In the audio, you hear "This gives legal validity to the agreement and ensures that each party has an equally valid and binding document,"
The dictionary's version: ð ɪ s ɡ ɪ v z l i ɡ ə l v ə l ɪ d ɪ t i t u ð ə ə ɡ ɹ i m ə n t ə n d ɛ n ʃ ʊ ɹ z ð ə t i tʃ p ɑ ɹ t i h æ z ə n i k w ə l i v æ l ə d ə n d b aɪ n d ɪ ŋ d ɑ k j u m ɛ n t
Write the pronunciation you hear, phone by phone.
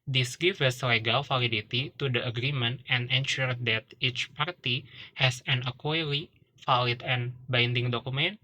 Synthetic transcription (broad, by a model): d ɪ s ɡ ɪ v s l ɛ ɡ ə l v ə l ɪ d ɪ t i t u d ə ə ɡ ɹ i m ə n t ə n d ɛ n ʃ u ɹ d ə t i tʃ p ɑ ɹ t i h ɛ s ə n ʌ k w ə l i f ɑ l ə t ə n b aɪ n d ɪ ŋ d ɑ k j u m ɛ n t